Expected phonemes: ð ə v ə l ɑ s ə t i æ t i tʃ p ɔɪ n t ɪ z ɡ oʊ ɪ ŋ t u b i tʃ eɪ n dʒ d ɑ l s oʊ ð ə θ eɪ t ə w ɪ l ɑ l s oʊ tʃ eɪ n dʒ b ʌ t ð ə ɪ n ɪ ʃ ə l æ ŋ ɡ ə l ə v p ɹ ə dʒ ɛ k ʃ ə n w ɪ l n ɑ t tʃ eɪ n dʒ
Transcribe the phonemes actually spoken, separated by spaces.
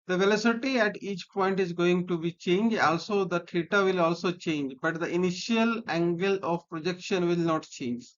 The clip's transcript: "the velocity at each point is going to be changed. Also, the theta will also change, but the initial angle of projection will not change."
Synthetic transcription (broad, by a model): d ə v ə l ɑ s ə t i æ t i tʃ p ɔɪ n t ɪ z ɡ oʊ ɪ ŋ t u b i tʃ eɪ n dʒ ɑ l s oʊ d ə t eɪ t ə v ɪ l ɑ l s oʊ tʃ eɪ n dʒ b ʌ t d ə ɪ n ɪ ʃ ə l æ ŋ ɡ ə l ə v p ɹ ə dʒ ɛ k ʃ ə n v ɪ l n ɑ t tʃ eɪ n dʒ